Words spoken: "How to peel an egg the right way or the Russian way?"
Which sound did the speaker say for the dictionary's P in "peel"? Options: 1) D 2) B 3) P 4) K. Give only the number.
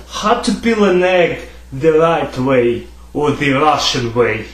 2